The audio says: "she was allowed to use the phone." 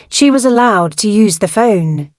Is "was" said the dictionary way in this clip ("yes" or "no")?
yes